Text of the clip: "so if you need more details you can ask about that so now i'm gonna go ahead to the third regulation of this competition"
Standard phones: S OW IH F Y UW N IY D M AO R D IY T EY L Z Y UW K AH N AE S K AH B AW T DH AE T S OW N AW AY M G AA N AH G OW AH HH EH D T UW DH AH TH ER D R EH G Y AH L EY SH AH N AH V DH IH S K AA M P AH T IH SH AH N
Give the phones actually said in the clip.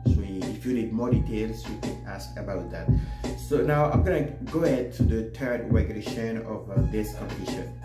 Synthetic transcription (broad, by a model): S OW IH F Y UW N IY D M AO R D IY T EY L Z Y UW K AH N AE S K AH B AW T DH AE T S OW N AW AY M G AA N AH G OW AH HH EH D T UW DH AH T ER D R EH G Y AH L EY SH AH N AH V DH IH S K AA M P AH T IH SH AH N